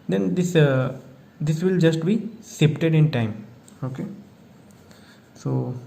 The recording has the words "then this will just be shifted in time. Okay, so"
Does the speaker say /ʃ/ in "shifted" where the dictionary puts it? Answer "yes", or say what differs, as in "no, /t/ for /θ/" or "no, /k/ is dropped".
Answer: no, /s/ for /ʃ/